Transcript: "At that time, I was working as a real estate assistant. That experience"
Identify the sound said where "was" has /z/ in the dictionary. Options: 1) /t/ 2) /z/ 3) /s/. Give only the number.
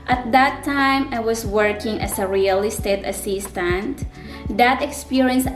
3